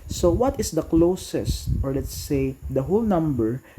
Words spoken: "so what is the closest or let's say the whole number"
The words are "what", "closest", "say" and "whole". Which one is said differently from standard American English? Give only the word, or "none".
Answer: none